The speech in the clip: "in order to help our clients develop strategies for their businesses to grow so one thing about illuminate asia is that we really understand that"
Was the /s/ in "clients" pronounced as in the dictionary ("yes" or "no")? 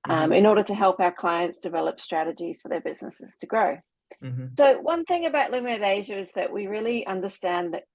yes